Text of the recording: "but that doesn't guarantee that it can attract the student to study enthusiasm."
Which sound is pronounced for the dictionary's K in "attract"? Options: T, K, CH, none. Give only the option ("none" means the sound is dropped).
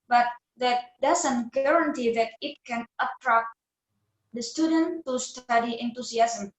K